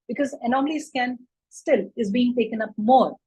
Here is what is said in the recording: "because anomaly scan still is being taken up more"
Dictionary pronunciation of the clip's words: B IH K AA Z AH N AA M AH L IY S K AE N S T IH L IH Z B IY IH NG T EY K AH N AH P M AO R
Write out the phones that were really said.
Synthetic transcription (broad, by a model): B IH K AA Z AH N AA M AH L IY S K AE N S T IH L IH Z B IY IH NG T EY K AH N AH P M AO R